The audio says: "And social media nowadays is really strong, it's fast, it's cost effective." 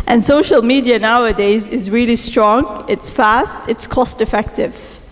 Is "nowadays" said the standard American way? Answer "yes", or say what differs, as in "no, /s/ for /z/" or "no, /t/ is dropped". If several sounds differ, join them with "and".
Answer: yes